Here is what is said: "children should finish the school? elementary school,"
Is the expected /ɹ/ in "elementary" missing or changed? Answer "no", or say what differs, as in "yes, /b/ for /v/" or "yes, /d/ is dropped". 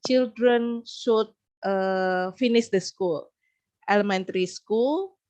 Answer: no